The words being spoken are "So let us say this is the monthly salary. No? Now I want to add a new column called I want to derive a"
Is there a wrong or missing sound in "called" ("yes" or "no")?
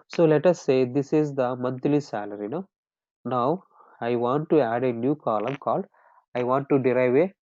yes